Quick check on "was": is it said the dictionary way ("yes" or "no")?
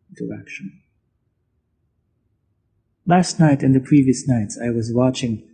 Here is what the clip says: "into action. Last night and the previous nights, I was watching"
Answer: yes